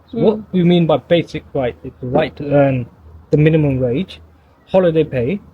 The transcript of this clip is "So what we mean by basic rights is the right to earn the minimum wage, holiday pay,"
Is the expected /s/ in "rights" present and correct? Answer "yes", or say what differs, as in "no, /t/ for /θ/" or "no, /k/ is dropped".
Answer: no, /s/ is dropped